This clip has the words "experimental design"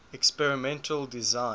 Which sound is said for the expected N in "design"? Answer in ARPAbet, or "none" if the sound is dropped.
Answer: none